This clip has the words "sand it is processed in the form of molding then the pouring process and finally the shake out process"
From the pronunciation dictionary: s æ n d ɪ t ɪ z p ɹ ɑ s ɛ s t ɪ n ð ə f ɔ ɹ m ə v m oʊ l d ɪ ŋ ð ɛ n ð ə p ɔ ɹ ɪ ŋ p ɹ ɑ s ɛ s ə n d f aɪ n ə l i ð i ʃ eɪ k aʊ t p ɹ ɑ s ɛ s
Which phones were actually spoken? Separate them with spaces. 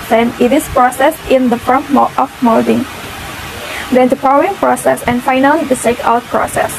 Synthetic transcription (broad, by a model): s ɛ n ɪ t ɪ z p ɹ ɑ s ɛ s t ɪ n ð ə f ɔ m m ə f m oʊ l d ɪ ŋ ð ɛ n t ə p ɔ w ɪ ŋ p ɹ ɑ s ɛ s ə n f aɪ n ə l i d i s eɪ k aʊ t p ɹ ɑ s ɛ s